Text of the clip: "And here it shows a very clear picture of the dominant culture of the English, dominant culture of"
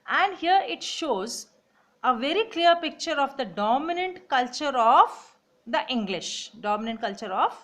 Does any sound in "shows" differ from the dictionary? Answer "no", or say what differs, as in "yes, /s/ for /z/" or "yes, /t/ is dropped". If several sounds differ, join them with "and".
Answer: no